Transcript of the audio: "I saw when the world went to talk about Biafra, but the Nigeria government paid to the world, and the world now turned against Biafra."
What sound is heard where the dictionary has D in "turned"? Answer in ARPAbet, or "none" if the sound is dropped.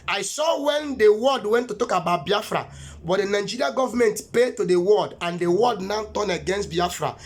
none